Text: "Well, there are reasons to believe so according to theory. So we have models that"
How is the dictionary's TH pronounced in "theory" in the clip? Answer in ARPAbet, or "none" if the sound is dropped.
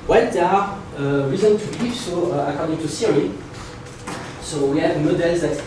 S